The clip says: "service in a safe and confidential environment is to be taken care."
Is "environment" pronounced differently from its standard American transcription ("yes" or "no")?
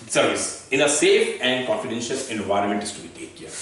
no